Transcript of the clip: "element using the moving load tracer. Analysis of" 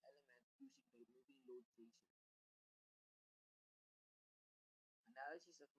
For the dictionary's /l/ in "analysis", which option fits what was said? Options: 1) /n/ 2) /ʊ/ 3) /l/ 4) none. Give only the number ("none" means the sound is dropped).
1